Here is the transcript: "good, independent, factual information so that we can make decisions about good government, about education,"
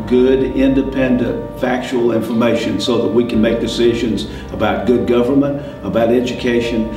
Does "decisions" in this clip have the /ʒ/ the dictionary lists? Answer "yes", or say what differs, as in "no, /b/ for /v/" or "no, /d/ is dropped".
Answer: yes